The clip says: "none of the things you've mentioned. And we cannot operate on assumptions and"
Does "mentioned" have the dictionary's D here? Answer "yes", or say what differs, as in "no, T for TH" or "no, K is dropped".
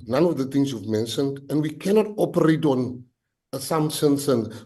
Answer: yes